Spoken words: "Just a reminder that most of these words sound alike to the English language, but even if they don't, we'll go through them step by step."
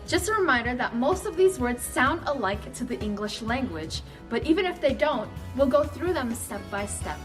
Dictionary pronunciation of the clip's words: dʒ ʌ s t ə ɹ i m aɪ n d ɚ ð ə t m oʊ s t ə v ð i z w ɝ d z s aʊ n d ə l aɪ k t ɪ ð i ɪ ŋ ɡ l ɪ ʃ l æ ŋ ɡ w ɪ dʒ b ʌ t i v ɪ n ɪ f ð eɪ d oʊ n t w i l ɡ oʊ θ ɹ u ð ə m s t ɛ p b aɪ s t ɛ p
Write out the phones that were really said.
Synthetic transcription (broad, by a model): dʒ ʌ s t ə ɹ i m aɪ n d ɚ ð ə t m oʊ s t ə v ð i z w ɝ d z s aʊ n d ə l aɪ k t ɪ ð i ɪ ŋ ɡ l ɪ ʃ l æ ŋ ɡ w ɪ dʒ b ʌ t i v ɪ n ɪ f ð eɪ d oʊ n t w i l ɡ oʊ θ ɹ u ð ə m s t ɛ p b aɪ s t ɛ p